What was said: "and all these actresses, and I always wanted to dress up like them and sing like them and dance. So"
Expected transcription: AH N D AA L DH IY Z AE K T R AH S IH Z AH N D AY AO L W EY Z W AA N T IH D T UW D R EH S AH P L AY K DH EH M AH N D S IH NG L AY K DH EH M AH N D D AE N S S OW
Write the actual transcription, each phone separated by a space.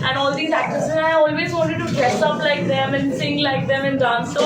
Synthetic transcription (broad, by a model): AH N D AA L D IY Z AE K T AH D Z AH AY AO L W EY Z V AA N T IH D T UW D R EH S AH P L AY K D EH M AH N S IH NG L AY K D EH M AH N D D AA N S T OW